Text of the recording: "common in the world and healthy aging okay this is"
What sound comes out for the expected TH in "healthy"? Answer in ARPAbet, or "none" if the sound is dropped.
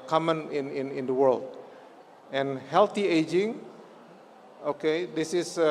T